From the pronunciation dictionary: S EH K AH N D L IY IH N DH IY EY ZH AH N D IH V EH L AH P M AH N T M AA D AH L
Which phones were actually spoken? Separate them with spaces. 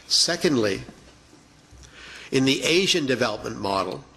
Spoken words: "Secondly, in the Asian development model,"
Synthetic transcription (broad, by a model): S EH K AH N D L IY IH N DH IY EY ZH AH N D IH V EH L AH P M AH N M AA D L